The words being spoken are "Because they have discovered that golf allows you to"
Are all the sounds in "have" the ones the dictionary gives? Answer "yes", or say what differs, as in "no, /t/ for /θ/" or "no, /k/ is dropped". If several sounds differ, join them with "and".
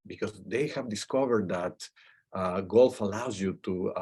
yes